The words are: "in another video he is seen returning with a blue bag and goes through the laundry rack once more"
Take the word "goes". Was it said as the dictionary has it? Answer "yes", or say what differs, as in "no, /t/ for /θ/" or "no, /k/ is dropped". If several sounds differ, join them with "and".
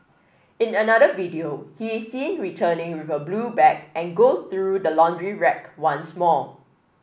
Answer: no, /z/ is dropped